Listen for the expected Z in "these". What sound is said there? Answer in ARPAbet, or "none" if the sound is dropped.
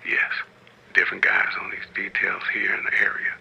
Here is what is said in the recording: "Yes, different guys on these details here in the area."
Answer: Z